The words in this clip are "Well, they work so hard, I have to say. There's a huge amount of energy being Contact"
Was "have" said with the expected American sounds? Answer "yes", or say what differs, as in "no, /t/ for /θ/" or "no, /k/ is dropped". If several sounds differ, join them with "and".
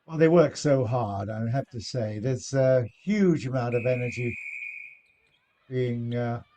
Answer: no, /f/ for /v/